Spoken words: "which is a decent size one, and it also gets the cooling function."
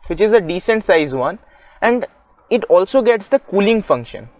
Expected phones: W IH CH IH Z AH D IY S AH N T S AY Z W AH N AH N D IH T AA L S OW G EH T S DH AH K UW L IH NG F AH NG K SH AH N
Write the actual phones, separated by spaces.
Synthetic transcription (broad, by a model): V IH CH IH Z AH D IY S AH N T S AY Z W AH N AH N D IH T AA L S OW G EH T S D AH K UW L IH NG F AH NG K SH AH N